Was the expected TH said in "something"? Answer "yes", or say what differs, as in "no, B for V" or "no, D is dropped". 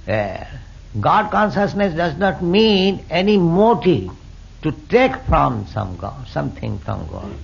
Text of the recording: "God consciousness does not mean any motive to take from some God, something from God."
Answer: no, T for TH